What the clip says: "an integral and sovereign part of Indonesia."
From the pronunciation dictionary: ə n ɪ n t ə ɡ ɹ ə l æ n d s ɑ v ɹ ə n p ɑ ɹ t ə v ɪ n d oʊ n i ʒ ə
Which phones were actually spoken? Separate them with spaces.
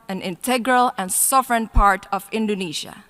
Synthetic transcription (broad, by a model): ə n ɪ n t ə ɡ ɹ ə l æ n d s ɑ v ɹ ə n p ɑ ɹ t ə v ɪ n d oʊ n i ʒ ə